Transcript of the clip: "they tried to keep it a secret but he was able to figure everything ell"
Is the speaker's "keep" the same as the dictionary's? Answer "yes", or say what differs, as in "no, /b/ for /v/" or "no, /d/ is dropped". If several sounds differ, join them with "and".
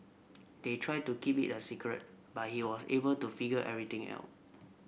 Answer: yes